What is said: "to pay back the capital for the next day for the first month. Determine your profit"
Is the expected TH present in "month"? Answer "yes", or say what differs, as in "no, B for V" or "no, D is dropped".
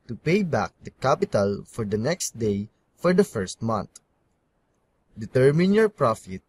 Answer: no, T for TH